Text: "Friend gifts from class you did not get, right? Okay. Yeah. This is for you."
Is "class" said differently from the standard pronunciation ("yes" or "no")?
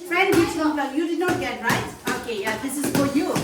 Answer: yes